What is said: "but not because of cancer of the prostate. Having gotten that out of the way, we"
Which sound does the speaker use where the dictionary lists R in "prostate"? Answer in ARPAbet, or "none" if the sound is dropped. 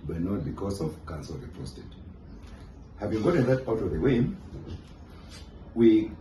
none